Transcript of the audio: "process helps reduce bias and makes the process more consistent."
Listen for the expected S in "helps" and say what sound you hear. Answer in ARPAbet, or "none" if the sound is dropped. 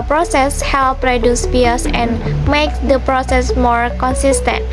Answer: none